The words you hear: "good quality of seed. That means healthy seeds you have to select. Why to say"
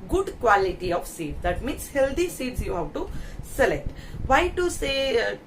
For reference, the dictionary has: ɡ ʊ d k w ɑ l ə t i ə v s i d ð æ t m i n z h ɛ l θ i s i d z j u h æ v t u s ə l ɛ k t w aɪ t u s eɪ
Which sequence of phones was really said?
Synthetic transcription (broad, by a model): ɡ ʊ d k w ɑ l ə t i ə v s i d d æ t m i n s h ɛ l t i s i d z j u h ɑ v t u s ə l ɛ k t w aɪ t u s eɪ